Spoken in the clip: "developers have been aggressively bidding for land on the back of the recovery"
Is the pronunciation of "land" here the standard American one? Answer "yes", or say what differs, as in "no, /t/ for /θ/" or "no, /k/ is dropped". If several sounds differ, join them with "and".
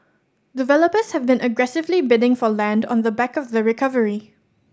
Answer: yes